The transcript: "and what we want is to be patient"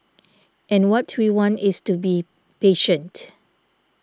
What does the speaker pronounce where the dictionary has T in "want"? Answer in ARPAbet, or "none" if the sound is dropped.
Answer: T